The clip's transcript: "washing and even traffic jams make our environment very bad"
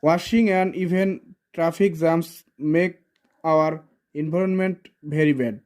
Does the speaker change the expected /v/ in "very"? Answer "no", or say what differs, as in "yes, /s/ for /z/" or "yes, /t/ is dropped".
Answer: yes, /b/ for /v/